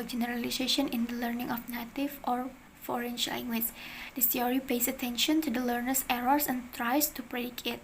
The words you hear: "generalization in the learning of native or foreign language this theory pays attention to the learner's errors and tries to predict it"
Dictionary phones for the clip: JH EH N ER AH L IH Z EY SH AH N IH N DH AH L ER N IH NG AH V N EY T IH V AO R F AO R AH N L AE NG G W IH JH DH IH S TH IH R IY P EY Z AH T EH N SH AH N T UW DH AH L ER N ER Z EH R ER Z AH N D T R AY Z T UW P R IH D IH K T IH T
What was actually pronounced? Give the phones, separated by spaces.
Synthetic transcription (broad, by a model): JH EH N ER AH L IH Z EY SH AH N IH N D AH L ER N IH NG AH F N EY T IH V AO R F AO R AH N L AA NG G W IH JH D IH S T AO R IY P EY S AH T EH N SH AH N T UW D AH L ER N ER S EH R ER S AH N T R AY S T UW P R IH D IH K IH T